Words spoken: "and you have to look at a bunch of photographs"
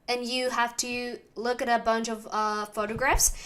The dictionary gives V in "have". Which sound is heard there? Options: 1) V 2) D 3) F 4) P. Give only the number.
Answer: 3